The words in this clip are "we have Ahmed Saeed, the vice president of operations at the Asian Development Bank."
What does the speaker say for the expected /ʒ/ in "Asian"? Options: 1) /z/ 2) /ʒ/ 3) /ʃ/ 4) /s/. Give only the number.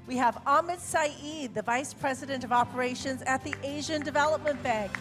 2